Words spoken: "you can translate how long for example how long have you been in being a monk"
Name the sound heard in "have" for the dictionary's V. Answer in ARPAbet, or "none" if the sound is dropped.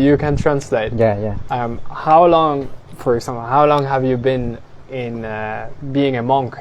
V